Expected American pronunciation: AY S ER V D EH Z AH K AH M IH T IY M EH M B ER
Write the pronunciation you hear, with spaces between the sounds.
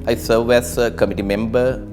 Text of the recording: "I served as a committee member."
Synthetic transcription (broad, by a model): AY S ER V EH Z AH K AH M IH T IY M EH M B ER